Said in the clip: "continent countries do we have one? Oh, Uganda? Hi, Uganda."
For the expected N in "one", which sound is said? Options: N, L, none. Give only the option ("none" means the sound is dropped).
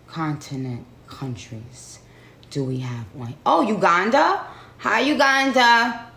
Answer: none